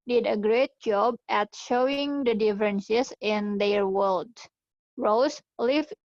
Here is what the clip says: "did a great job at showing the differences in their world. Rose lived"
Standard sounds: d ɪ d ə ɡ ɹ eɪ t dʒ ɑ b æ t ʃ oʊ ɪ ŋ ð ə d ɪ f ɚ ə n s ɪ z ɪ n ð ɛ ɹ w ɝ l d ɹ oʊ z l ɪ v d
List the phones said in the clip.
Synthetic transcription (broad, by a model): d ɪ d ə ɡ ɹ eɪ t dʒ ɑ b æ t ʃ oʊ ɪ ŋ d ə d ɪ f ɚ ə n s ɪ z ɪ n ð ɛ ɹ w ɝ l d ɹ oʊ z l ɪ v